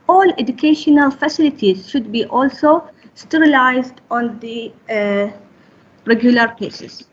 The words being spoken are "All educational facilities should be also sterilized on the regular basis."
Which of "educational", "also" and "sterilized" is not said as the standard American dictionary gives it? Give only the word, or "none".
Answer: none